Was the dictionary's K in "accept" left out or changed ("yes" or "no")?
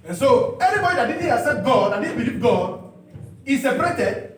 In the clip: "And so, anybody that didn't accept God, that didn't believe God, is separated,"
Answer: yes